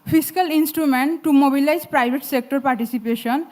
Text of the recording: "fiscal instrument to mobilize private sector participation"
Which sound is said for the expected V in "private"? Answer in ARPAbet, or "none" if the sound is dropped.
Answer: B